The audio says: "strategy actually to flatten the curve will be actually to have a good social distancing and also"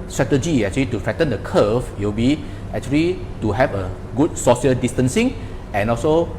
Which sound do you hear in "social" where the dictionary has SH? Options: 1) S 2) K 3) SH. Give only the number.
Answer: 1